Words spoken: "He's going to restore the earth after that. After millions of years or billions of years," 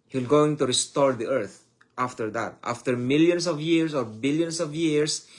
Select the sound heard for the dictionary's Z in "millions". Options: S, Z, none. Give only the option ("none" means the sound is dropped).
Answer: S